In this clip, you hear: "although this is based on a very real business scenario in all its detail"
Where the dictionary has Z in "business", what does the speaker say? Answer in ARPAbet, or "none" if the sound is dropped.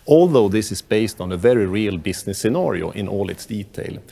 S